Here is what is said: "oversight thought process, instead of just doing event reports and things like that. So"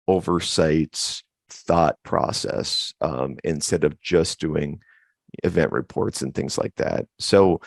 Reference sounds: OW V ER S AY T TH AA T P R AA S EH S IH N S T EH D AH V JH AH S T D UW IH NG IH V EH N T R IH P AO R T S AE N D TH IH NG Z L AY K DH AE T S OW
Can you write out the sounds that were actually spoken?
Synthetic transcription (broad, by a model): OW V ER S AY T TH AA T P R AA S EH S IH N S T EH D AH V JH AH S D UW IH NG IH V EH N T R IH P AO R T S N TH IH NG Z L AY K DH AE T S OW